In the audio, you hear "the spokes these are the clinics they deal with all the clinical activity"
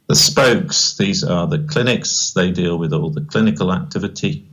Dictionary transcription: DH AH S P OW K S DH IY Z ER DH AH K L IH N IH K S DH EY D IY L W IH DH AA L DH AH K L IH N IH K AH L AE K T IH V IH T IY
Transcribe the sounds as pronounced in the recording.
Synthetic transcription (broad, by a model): DH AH S P OW K S DH IY Z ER DH AH K L IH N IH K S DH EY D IY L W IH DH AA L DH AH K L IH N IH K AH L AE K T IH V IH T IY